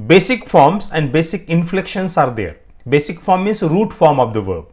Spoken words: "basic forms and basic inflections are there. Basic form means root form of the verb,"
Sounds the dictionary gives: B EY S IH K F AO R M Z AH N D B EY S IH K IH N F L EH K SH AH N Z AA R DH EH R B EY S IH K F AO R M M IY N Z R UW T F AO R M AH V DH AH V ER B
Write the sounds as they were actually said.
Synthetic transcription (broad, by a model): B EY S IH K F AO R M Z AH N D B EY S IH K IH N F L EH K SH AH N S AA R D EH R B EY S IH K F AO R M M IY Z R UW T F AO R M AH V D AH V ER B